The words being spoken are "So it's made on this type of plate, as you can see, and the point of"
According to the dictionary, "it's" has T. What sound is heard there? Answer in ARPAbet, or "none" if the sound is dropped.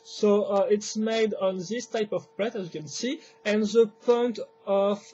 T